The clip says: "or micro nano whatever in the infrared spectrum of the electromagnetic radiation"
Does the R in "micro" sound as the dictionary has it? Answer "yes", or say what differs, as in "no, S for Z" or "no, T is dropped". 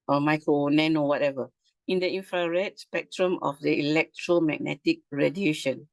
no, R is dropped